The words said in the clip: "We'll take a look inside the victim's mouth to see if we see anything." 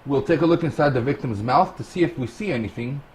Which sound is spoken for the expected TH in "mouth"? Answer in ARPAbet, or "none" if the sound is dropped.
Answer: TH